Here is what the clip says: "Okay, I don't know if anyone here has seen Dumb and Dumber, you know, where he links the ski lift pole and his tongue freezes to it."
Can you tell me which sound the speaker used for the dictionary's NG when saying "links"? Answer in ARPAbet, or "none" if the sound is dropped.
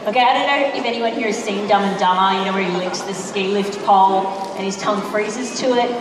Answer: none